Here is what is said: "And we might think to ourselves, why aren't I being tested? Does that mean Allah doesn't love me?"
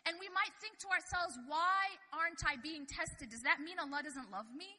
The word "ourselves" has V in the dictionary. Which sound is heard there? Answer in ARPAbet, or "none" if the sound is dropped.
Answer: V